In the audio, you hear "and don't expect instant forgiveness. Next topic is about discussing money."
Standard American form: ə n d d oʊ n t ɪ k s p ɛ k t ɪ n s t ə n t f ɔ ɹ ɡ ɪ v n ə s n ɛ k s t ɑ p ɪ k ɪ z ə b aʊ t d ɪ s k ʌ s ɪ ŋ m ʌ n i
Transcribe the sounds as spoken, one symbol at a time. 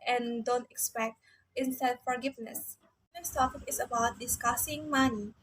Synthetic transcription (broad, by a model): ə n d d oʊ n t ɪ k s p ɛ k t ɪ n s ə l f ɔ ɹ ɡ ɪ v n ə s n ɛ s t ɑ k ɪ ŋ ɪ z ə b aʊ t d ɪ s k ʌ s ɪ ŋ m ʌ n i